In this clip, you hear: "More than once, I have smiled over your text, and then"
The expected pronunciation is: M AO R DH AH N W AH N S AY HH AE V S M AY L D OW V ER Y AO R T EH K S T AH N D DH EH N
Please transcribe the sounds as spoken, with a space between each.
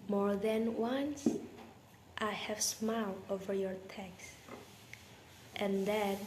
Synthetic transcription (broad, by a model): M AO R DH AH N W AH N S AY HH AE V S M AY L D OW V ER Y AO R T EH K S T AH N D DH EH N